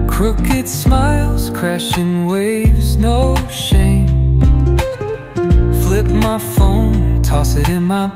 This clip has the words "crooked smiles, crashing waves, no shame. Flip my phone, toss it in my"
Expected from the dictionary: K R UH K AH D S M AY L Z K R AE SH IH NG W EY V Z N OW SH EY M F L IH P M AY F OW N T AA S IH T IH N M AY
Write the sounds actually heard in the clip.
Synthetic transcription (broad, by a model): K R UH K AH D S M AY L Z K R AE SH IH NG W EY V Z N OW SH EY M F L IH P M AY F OW N T AA S IH T IH N M AY